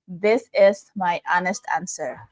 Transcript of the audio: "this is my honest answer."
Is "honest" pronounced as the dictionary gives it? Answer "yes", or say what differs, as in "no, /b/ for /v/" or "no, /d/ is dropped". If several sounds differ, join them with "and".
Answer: yes